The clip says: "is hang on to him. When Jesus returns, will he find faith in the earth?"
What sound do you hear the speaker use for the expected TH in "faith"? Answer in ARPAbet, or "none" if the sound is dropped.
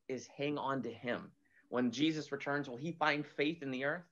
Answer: TH